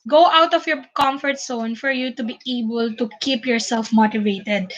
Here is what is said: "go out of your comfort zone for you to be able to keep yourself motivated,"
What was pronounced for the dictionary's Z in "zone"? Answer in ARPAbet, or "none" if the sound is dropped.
S